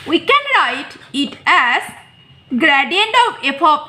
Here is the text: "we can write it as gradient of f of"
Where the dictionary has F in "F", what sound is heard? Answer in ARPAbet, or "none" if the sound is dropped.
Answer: P